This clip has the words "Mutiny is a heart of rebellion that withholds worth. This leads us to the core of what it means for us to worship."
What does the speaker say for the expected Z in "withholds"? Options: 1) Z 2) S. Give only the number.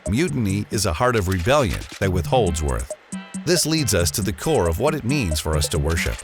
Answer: 1